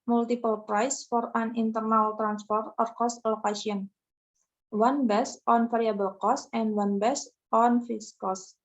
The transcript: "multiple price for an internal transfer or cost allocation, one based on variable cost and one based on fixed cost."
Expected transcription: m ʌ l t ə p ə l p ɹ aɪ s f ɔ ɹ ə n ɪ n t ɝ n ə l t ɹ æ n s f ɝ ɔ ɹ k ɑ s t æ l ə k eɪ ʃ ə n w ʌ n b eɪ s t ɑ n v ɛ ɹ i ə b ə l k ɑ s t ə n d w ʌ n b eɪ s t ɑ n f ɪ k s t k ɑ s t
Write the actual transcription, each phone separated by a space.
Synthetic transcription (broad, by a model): m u l t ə p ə l p ɹ aɪ s f ɔ ɹ ə n ɪ n t ɝ n ə l t ɹ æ n s f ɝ ɔ ɹ k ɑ s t l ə k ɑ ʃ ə n w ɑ n b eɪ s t ɑ n f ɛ ɹ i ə b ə l k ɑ s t ə n d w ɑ n b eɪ s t ɑ n f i s k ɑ s